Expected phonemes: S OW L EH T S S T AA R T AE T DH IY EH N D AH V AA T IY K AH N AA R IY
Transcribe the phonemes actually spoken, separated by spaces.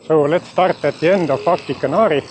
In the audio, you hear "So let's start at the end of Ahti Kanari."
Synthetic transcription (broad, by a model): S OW L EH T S S T AA R T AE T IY EH N D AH F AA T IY K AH N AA R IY